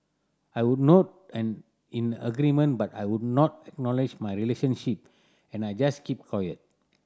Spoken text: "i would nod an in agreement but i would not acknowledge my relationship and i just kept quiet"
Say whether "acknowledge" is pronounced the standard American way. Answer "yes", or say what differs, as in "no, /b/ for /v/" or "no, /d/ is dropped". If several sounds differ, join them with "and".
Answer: yes